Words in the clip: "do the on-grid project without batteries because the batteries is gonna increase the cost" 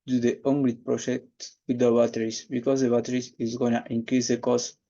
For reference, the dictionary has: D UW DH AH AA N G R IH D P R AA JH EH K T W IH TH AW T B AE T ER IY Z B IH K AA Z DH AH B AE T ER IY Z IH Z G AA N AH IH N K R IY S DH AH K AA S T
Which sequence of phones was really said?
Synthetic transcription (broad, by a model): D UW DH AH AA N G L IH P R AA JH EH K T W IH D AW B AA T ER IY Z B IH K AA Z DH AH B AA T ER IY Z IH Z G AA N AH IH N K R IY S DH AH K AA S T